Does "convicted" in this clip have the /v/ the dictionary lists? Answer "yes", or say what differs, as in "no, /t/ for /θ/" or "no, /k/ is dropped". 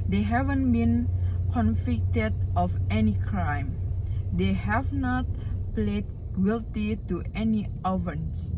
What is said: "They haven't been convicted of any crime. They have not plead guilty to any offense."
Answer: no, /f/ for /v/